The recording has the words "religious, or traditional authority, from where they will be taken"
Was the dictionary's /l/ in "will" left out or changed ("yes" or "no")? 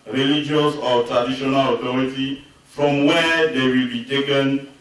no